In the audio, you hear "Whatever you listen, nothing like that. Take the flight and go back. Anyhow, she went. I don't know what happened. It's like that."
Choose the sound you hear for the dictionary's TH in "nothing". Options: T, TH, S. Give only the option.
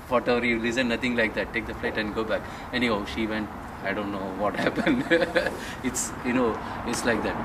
T